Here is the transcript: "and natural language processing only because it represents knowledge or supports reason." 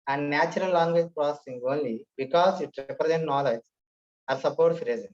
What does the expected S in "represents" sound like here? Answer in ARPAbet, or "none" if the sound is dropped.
none